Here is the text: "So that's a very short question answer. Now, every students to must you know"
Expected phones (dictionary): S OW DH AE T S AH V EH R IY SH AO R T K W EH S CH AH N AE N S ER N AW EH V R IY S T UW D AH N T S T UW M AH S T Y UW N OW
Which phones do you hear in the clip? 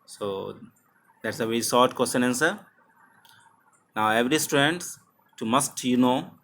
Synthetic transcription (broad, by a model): S OW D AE T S AH V EH R IY S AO R T K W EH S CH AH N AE N S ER N AW EH V R IY S T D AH N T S T UW M AH S T Y UW N OW